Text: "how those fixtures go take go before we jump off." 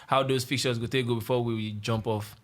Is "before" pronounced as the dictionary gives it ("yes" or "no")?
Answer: no